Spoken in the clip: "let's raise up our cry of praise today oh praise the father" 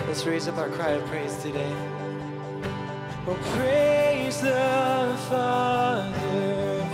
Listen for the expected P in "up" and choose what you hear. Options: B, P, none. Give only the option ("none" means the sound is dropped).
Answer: B